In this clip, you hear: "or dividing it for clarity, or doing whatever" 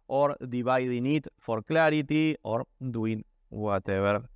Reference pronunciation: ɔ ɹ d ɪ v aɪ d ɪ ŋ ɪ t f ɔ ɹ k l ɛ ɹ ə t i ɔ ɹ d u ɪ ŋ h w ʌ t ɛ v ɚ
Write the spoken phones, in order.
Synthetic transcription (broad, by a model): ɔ ɹ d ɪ b aɪ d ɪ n ɪ t f ɔ ɹ k l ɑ ɹ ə t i ɔ ɹ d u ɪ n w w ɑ t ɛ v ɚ